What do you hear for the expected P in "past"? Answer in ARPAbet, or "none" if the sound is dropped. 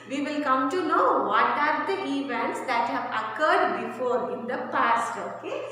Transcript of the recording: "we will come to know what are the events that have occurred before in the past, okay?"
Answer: P